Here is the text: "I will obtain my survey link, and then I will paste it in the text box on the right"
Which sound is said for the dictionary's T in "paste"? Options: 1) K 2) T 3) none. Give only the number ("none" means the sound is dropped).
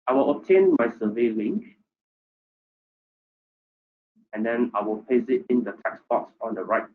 3